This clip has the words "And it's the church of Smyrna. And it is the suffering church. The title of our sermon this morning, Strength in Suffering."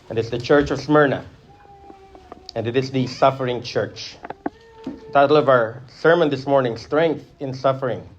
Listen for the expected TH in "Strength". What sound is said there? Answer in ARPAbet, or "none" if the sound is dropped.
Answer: TH